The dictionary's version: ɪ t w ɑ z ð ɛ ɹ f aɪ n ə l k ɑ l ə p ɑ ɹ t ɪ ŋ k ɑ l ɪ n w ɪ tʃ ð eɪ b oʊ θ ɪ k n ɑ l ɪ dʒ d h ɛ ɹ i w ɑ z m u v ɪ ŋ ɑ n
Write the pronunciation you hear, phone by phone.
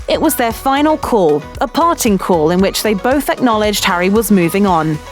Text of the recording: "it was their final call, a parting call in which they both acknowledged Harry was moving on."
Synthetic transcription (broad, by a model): ɪ t w ɑ z ð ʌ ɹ f aɪ n ə l k ɑ l ə p ɑ t ɪ ŋ k ɑ l ɪ n w ɪ tʃ ð eɪ b oʊ θ ɪ k n ɑ l ɪ dʒ d h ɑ ɹ i w ɑ z m u v ɪ ŋ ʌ n